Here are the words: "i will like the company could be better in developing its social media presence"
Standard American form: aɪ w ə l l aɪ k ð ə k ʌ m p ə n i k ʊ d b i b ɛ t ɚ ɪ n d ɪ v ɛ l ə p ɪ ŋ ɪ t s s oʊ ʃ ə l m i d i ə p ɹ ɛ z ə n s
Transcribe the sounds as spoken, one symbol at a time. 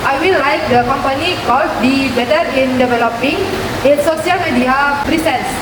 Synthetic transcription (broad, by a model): aɪ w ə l l aɪ k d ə k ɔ m p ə n i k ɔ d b i b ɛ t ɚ ɪ n d ɪ v ɛ l ə p ɪ ŋ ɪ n s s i ə l m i d i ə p ɹ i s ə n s